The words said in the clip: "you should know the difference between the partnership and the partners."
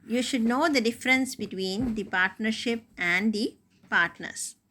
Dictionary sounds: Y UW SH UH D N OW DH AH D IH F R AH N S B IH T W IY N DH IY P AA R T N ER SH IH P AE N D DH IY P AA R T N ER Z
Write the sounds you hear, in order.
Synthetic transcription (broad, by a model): Y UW SH UH D N OW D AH D IH F R AH N S B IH T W IY N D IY P AA R T N ER SH IH P AE N D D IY P AA R T N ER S